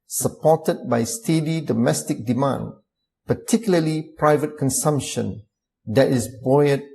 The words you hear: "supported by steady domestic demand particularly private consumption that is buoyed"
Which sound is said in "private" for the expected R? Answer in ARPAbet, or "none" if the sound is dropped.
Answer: R